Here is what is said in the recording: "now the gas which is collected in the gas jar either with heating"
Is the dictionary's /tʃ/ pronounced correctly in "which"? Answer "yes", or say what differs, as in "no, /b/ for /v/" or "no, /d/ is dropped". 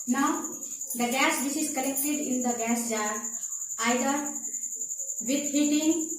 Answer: no, /s/ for /tʃ/